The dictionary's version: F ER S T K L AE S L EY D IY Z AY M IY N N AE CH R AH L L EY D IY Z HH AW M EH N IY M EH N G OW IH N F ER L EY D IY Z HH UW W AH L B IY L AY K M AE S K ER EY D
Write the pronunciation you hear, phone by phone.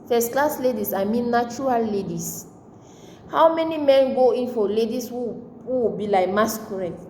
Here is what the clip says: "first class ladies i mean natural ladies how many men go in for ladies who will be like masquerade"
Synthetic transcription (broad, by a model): F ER S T K L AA S L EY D IY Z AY M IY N N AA CH R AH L L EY D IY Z HH AW M EH N IY M EH N G OW IH N F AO L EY D IY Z HH UW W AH W B IY L AY K M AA S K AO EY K